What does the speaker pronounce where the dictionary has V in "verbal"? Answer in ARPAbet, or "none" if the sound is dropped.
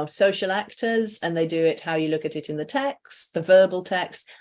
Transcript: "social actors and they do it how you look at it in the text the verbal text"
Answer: V